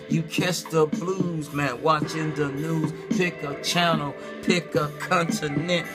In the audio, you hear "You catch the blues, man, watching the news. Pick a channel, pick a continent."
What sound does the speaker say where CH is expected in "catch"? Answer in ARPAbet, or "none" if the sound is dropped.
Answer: S